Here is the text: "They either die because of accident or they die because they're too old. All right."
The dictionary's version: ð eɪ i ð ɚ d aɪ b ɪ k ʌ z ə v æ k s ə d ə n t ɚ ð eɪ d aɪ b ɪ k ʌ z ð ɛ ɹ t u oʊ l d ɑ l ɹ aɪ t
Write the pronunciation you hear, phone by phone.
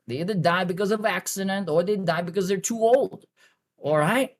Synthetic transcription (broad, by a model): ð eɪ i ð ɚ d aɪ b ɪ k ʌ z ə v æ k s ə d ə n t ɚ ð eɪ d aɪ b ɪ k ʌ z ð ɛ ɹ t u oʊ l d ɑ l ɹ aɪ t